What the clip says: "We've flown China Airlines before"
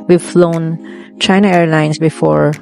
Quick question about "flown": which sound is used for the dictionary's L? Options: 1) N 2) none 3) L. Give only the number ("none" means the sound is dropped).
3